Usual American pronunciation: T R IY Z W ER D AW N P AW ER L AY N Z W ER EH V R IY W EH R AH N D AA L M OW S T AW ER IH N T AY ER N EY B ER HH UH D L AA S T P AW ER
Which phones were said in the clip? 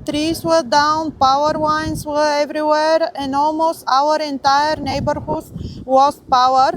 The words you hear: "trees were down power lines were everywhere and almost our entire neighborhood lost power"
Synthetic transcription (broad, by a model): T R IY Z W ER D AW N P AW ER W AY N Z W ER EH V R IY W EH R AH N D AA L M OW S T AW ER IH N T AY ER N EY B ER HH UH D W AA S P AW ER